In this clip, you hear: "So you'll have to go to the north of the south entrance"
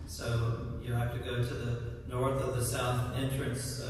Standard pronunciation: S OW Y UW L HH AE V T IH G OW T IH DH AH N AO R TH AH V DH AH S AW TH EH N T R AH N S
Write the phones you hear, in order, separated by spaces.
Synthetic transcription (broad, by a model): S OW Y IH HH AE F T IH G OW T IH DH AH N AO R TH AH V DH AH S AW TH EH N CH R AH N S